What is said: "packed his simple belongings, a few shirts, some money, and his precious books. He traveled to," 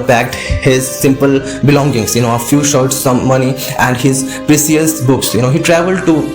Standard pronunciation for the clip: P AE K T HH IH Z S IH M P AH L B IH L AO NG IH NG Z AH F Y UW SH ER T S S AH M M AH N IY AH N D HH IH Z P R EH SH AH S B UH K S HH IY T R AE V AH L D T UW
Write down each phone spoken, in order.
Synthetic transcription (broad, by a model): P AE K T HH IH Z S IH M P AH L B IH L AO NG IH NG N AH F Y UW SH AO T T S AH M M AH N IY AH N D HH IH Z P R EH S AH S B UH K S HH IY T R AE V AH L D T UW